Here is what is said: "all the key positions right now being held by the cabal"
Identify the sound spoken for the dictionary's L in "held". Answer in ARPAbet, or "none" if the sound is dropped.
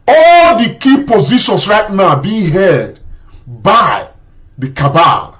none